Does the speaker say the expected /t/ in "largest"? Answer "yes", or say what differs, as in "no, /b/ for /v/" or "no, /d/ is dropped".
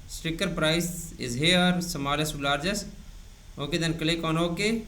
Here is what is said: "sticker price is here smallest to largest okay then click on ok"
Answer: no, /t/ is dropped